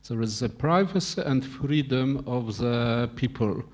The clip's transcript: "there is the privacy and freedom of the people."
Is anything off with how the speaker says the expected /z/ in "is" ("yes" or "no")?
no